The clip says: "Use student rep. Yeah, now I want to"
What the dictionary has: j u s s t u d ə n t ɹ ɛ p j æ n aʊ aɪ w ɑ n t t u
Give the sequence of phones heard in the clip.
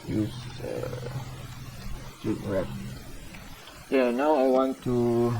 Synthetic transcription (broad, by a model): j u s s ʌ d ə t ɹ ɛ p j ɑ n aʊ aɪ w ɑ n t t u